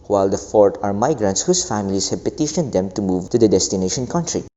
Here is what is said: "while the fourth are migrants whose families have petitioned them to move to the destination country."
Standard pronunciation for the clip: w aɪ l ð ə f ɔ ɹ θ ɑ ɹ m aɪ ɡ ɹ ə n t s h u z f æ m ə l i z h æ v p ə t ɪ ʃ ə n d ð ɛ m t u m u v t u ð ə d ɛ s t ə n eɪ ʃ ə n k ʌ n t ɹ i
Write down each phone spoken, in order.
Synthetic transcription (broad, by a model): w aɪ l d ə f ɔ ɹ t ɑ ɹ m aɪ ɡ ɹ ə n t s h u s f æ m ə l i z h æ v p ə t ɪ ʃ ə n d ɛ m t u m u v t u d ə d ɛ s t ə n eɪ ʃ ə n k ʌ n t ɹ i